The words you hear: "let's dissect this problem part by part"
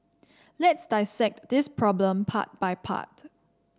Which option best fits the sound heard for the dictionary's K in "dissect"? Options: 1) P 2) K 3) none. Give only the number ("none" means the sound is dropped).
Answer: 2